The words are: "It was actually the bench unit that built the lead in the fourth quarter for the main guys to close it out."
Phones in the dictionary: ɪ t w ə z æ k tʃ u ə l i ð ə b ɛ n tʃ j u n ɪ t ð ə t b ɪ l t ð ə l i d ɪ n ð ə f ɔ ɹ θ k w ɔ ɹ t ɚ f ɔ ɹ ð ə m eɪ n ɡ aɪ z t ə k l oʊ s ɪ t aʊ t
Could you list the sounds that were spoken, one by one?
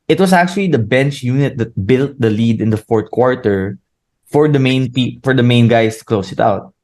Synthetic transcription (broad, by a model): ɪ t w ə s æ k tʃ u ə l i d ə b ɛ n tʃ j u n ɪ t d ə t b ɪ l t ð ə l i d ɪ n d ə f ɔ ɹ t k w ɔ ɹ t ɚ f ɔ ɹ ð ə m eɪ n ɡ aɪ s t ə k l oʊ s ɪ t aʊ t